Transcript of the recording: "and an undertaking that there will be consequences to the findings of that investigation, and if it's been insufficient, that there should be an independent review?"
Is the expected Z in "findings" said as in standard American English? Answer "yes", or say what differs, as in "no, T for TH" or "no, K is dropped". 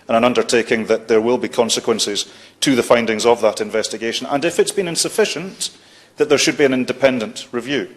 yes